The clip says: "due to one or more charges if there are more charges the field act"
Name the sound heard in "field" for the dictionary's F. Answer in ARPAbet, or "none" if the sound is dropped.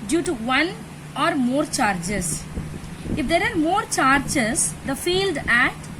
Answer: F